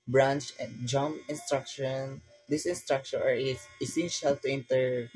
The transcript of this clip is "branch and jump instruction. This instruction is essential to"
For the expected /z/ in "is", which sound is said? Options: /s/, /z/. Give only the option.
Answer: /s/